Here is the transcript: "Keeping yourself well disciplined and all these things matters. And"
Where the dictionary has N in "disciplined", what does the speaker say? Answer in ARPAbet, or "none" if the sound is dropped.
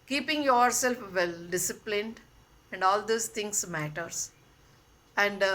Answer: N